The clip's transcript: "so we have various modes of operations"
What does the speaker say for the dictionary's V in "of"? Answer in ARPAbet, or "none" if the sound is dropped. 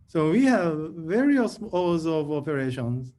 V